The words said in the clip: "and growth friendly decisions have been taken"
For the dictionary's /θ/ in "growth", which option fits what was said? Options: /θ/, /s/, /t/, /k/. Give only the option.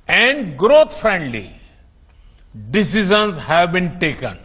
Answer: /t/